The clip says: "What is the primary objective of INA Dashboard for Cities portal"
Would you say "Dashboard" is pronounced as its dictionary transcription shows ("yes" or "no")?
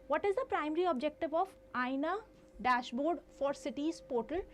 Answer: yes